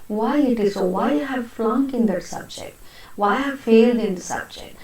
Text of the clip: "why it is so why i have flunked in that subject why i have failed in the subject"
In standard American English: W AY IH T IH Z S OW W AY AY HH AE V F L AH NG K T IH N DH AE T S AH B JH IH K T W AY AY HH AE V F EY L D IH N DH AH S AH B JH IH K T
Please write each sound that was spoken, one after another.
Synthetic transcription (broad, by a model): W AY IH T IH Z S OW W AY AY HH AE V F L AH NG K IH N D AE T S AH B JH IH K T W AY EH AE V F EY L D IH N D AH S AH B JH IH K T